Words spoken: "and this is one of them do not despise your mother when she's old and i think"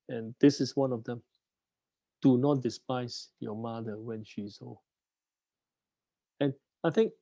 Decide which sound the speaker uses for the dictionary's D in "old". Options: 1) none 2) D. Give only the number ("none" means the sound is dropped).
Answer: 1